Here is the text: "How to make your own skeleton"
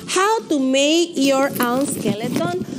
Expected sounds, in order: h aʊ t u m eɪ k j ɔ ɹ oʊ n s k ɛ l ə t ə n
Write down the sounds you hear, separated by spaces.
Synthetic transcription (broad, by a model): h aʊ t u m eɪ k j ɔ ɹ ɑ l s k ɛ l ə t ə n